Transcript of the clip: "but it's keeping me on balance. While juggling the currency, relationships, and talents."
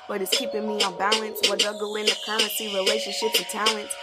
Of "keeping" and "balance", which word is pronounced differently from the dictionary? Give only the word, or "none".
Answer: none